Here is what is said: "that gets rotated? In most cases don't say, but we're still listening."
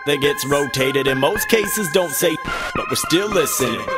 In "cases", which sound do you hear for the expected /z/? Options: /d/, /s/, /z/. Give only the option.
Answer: /z/